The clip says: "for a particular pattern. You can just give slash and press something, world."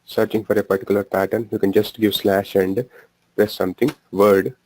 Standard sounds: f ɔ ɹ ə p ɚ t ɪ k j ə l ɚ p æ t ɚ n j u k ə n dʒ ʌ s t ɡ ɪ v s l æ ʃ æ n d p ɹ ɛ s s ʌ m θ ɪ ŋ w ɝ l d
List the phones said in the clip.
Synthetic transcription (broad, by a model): f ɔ ɹ ə p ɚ t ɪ k j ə l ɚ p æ t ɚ n j u k ə n dʒ ʌ s t ɡ ɪ v s l æ ʃ æ n d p ɹ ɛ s s ʌ m t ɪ ŋ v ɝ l d